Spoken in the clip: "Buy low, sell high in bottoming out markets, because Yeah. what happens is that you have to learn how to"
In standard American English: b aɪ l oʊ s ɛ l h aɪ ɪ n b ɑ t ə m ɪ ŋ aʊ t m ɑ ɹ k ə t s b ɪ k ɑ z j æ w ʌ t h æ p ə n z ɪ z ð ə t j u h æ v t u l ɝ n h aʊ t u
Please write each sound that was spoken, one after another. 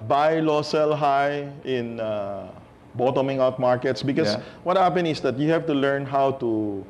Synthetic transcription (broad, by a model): b aɪ l oʊ s ɛ l h aɪ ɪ n b ɑ t ə m ɪ ŋ aʊ t m ɑ ɹ k ə t s b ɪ k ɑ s w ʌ t h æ p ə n ɪ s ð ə t j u h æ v t u l ɝ n h aʊ t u